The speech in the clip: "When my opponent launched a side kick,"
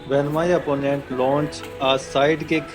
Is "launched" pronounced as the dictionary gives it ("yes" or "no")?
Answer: no